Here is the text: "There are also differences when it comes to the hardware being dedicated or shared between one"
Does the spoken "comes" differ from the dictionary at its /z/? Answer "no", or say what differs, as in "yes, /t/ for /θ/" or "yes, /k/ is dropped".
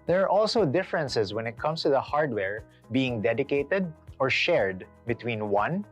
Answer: yes, /s/ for /z/